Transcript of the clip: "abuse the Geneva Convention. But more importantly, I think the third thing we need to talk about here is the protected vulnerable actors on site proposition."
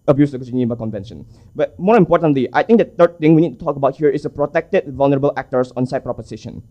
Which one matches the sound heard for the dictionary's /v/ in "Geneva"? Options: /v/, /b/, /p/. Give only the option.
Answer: /b/